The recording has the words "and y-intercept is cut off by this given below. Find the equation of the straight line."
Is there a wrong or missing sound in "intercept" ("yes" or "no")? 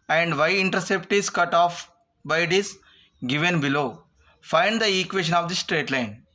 no